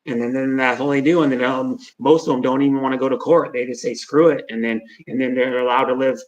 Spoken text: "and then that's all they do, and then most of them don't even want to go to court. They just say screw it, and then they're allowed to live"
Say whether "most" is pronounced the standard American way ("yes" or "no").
no